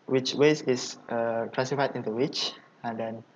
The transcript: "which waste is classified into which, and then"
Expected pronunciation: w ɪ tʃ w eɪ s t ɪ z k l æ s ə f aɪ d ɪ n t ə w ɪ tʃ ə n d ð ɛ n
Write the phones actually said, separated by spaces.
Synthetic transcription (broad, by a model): w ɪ tʃ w eɪ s ɪ s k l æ s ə f aɪ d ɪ n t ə w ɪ tʃ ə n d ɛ n